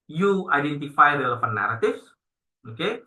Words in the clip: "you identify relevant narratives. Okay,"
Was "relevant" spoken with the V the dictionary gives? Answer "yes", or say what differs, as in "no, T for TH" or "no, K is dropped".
no, F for V